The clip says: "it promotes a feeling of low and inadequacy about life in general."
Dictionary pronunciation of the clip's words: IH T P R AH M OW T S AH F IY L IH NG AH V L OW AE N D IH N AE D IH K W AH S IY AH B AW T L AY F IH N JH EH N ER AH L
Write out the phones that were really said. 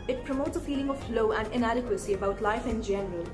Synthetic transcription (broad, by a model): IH T P R AH M OW T S AH F IY L IH NG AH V L OW AE N D IH N AE D IH K W AH S IY AH B AW T L AY F IH N JH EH N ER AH L